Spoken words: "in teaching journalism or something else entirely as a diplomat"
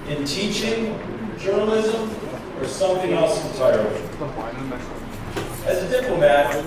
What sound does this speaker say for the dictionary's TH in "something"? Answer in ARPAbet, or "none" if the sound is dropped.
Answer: TH